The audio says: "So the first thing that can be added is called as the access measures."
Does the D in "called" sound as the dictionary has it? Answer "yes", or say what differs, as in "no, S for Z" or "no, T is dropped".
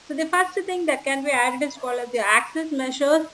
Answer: no, D is dropped